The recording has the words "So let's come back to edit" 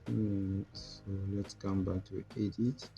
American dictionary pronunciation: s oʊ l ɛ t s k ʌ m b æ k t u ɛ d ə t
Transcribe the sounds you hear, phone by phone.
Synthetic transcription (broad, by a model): s oʊ l ɛ t s k ʌ m b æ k t u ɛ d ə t